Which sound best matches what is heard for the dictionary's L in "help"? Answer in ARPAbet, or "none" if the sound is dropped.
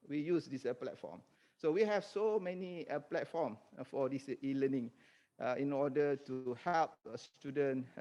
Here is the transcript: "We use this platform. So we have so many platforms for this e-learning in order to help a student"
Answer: L